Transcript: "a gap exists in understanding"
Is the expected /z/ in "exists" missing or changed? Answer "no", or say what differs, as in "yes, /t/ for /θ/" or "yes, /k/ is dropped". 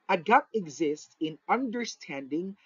no